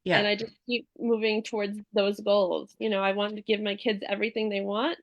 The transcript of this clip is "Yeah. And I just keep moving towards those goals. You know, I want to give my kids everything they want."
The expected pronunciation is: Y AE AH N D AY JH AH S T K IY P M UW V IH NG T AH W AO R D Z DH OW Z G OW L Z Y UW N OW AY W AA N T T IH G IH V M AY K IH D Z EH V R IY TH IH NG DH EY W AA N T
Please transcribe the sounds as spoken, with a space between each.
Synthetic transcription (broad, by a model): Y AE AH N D AY JH AH S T K IY P M UW V IH NG T AH W AO R D Z DH OW Z G OW L Z Y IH N OW AY W AA N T T IH G IH V M AY K IH D Z EH V R IY TH IH NG DH EY W AA N T